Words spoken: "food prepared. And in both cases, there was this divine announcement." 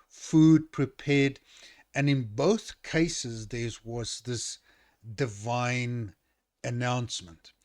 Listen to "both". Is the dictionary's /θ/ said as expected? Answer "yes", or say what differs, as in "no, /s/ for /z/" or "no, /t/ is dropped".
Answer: yes